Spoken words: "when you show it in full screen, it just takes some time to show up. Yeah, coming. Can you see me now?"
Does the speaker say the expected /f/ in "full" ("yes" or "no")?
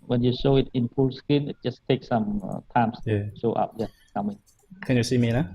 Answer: no